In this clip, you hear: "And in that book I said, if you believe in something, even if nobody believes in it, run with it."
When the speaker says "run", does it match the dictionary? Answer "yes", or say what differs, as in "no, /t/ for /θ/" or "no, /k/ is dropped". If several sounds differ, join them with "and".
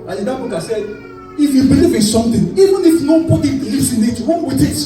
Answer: no, /w/ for /ɹ/